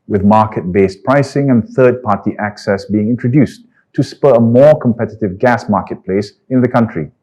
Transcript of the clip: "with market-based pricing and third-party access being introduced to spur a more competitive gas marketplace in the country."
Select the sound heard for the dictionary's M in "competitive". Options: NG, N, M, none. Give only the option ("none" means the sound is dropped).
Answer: M